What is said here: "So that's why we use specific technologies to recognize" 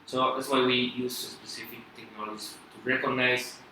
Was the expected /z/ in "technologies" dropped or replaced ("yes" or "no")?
yes